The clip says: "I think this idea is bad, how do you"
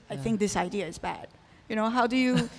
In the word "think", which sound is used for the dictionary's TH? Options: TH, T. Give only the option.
TH